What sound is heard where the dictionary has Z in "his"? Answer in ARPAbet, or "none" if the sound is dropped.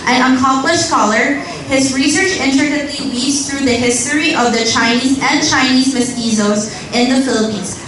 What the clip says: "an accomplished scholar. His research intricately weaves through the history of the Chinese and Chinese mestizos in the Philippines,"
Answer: Z